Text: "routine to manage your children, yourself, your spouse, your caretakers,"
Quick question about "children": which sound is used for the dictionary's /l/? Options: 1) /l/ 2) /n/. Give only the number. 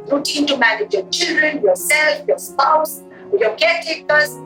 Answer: 1